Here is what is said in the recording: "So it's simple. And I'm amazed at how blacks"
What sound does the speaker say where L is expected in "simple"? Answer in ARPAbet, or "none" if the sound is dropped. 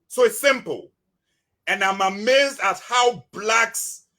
L